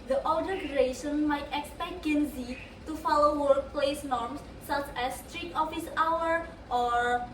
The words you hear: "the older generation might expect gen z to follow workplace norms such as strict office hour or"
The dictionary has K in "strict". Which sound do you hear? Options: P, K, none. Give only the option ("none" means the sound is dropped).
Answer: none